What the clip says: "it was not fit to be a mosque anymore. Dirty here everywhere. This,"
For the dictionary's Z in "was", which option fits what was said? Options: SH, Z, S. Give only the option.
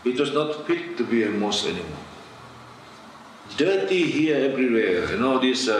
S